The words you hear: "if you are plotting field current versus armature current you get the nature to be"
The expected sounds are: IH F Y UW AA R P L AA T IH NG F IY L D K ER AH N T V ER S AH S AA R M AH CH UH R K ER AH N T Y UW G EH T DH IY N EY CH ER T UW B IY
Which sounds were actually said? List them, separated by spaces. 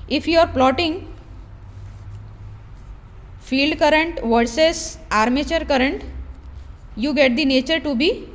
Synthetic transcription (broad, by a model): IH F Y UW AA R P L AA T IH NG F IY L D K ER AH N T V ER S AH S AA R M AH CH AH R K ER AH N T Y UW G EH T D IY N EY CH ER T UW B IY